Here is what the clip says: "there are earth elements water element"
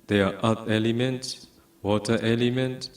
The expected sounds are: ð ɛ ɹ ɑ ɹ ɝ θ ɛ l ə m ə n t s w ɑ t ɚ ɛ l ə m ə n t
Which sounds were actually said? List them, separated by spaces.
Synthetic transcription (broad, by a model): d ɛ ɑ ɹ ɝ t ɛ l ə m ə n t s w ɑ t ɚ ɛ l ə m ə n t